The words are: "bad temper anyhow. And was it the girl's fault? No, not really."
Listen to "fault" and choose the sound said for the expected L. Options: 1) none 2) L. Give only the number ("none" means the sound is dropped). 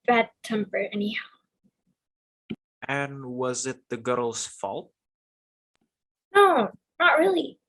2